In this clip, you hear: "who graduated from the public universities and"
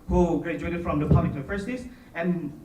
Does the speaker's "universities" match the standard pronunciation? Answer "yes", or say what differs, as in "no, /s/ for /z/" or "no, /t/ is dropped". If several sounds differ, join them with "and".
no, /n/ is dropped and /f/ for /v/ and /s/ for /z/